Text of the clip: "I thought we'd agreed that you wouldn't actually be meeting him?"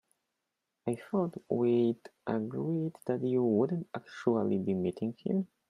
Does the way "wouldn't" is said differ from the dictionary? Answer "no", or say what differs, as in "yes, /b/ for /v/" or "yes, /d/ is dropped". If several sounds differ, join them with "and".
no